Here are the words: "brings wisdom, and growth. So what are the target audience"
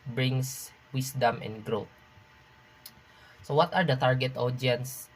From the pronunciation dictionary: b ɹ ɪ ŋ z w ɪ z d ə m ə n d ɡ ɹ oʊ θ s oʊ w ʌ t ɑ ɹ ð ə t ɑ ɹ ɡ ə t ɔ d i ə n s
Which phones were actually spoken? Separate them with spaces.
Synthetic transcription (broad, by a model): b ɹ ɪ ŋ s w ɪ s d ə m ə n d ɡ ɹ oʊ t s oʊ w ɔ t ɑ ɹ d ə t ɑ ɹ ɡ ə t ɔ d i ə n s